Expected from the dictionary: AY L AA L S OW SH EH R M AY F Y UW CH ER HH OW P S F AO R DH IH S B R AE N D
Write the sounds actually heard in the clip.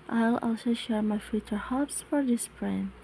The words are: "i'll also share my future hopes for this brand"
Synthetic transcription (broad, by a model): AY L AA L S OW SH EH R M AY F Y UW CH ER HH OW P S F AO R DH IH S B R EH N